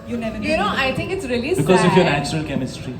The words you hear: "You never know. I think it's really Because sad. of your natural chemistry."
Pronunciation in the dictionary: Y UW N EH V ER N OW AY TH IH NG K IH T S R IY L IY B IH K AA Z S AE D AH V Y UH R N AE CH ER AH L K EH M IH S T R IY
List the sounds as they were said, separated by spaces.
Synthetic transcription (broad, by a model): Y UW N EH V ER N OW AY T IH NG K IH T S R IY L IY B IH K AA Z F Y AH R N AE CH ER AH L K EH M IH S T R IY